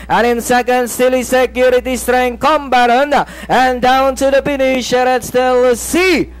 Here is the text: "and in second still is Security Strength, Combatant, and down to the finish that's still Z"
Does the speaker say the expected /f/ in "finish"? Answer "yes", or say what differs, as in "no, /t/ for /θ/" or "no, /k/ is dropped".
no, /p/ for /f/